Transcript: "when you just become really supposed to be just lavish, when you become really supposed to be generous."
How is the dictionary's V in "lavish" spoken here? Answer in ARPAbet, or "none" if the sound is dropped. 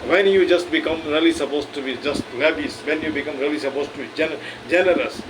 B